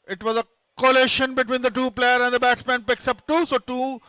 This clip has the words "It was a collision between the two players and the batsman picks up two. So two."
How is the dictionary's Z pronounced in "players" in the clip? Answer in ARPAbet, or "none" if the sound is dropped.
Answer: none